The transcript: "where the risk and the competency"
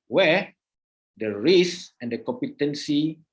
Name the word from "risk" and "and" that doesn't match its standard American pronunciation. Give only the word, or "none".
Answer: risk